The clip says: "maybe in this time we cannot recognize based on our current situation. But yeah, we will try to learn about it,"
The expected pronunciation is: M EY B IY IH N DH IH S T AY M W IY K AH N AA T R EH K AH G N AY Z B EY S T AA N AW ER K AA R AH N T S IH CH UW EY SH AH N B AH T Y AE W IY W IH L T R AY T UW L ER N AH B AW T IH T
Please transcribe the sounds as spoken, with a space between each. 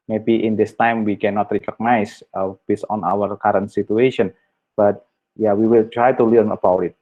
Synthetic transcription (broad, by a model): M EY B IY IH N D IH S T AY M W IY K AH N AA T R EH K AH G N AY S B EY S AA N AW ER K AA R AH N T S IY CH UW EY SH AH N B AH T Y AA W IY W IH L T R AY T UW L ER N AH B AW T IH T